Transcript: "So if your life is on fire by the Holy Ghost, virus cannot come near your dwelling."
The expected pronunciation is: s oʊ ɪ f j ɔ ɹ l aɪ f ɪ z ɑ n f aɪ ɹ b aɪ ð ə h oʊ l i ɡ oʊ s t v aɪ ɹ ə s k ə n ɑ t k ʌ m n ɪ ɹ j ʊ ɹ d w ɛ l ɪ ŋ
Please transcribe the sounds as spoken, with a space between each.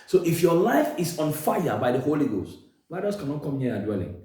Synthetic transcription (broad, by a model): s oʊ ɪ f j ɔ l aɪ f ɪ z ɑ n f aɪ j b aɪ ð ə h oʊ l i ɡ oʊ s t w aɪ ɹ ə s k ə n ɑ t k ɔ m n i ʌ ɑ d w ɛ l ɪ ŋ